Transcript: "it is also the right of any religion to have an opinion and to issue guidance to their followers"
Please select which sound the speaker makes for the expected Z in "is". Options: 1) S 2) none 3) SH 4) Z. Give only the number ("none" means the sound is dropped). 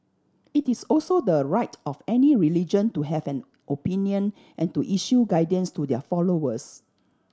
1